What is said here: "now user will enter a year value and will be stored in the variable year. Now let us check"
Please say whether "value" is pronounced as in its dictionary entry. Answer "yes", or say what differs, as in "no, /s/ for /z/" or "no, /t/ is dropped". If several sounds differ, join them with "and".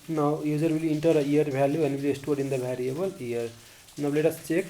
no, /b/ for /v/